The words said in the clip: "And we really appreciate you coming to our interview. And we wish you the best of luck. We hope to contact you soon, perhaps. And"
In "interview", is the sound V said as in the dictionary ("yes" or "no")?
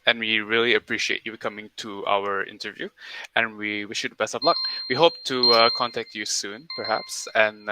yes